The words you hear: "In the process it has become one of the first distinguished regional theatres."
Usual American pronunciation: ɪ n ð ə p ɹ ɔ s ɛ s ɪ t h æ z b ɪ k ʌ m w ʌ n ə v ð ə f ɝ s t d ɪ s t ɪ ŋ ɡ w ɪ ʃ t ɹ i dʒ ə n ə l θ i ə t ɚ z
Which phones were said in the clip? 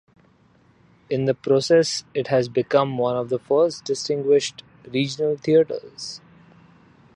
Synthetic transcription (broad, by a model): ɪ n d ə p ɹ ɔ s ɛ s ɪ t h æ z b ɪ k ʌ m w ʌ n ə v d ə f ɝ s t d ɪ s t ɪ ŋ ɡ w ɪ ʃ t ɹ i dʒ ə n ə l t i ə t ɚ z